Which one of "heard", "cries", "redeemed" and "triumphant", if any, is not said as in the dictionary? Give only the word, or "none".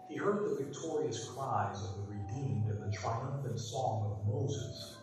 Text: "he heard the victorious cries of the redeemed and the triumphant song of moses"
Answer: none